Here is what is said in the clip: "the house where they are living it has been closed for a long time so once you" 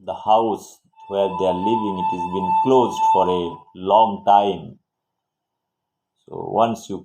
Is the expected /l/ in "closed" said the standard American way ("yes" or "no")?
yes